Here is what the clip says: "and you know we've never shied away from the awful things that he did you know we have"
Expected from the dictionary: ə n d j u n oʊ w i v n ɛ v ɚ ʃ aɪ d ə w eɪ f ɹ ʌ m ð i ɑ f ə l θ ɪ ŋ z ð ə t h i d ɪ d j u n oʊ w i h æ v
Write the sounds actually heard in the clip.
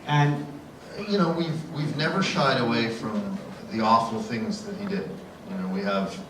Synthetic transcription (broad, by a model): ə n j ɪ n oʊ w i v n ɛ v ɚ ʃ aɪ d ə w eɪ f ɹ ʌ m ð i ɑ f l θ ɪ ŋ z ð ə t h i d ɪ d j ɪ n oʊ w i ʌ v